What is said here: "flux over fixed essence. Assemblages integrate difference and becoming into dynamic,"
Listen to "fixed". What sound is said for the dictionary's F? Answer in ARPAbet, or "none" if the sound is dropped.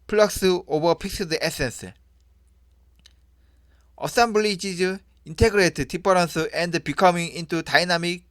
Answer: P